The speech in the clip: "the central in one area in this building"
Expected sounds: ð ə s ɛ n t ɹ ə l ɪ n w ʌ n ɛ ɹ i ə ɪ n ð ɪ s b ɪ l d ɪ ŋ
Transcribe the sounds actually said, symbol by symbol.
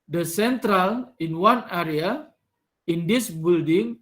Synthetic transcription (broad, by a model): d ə s ɛ n t ɹ ə l ɪ n w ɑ n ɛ ɹ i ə ɪ n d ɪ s b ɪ l d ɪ ŋ